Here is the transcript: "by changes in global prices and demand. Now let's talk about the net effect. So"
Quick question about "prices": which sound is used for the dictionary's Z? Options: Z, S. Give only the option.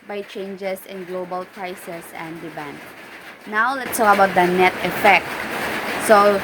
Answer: S